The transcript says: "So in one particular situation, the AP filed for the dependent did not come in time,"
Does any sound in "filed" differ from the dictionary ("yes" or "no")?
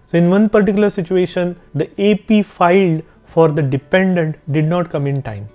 no